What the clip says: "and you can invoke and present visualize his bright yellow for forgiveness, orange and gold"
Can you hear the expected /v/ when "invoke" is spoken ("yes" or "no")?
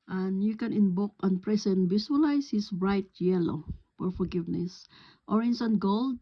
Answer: no